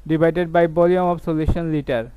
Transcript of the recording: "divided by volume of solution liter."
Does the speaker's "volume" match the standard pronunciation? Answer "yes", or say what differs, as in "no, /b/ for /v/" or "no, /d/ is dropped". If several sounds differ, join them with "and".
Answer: no, /b/ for /v/